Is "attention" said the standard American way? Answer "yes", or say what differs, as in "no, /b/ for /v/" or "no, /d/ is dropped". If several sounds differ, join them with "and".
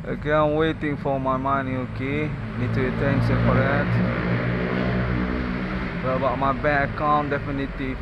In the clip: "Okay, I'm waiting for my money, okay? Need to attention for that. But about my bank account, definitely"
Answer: no, /s/ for /ʃ/